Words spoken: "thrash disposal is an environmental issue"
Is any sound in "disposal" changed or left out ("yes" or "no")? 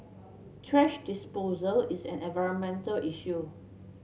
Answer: no